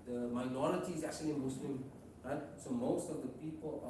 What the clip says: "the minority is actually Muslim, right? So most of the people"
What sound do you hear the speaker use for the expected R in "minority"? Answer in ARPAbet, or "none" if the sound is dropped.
L